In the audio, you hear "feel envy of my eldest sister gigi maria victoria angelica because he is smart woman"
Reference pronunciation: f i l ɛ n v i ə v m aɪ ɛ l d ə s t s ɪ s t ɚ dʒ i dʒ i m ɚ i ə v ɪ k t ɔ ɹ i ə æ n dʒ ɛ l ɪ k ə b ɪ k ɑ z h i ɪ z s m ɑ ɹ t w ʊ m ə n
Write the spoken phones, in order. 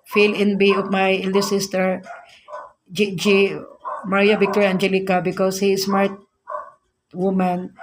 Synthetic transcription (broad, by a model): f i l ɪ n b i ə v m aɪ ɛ l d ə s s ɪ s t ɚ dʒ i dʒ i m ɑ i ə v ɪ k t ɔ ɹ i æ n dʒ ɛ l ɪ k ə b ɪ k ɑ s h i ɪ s m ɑ ɹ t w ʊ m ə n